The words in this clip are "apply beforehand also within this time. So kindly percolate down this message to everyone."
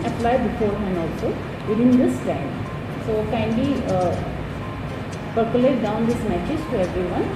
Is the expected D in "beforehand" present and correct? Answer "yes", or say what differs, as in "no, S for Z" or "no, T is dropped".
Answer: no, D is dropped